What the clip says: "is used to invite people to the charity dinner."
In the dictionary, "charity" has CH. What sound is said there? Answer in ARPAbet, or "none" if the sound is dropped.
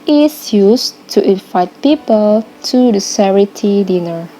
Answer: S